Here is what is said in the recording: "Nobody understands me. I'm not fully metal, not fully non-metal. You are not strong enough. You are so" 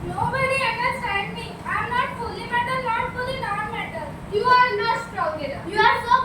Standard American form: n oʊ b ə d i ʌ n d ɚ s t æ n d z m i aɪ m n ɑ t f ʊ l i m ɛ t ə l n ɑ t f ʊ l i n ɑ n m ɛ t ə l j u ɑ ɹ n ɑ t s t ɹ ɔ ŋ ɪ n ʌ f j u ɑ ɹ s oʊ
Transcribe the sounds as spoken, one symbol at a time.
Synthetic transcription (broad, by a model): n oʊ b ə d i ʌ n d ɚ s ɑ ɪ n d m i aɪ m n ɑ t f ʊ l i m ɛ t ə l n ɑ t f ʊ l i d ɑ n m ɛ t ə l j u ɑ ɹ n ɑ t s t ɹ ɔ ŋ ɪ l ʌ j u ɑ ɹ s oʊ